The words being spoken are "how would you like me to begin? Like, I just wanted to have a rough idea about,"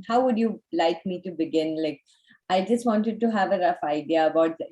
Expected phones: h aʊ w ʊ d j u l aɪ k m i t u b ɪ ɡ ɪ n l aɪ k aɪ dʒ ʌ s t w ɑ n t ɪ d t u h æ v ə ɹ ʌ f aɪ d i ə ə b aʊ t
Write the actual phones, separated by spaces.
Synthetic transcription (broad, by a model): h aʊ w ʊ d j u l aɪ k m i t u b ɪ ɡ ɪ n l aɪ k aɪ dʒ ʌ s t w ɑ n t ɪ d t u h æ v ə ɹ ʌ f aɪ d i ə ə b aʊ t